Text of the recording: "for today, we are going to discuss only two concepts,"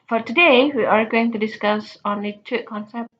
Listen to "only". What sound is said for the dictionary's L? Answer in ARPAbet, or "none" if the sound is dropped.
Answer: none